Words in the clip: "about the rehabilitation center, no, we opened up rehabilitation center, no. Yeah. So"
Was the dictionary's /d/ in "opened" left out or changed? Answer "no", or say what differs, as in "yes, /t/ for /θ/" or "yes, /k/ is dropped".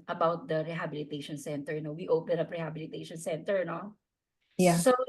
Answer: yes, /d/ is dropped